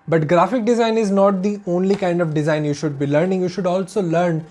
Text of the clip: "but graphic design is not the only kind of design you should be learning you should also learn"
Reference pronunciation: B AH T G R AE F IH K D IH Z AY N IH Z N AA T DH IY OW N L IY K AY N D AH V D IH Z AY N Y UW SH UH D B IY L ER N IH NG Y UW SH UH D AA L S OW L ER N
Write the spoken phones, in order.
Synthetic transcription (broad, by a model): B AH T G R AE F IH K D IH Z AY N IH Z N AA T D IY OW N L IY K AY N D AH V D IH Z AY N Y UW SH UH D B IY L ER N IH NG Y UW SH UH D AA L S OW L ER N